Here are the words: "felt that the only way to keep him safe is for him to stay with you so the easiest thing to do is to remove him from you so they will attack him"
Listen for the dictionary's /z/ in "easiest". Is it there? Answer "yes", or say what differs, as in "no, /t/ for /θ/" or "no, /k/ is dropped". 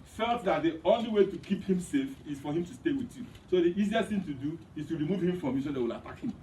yes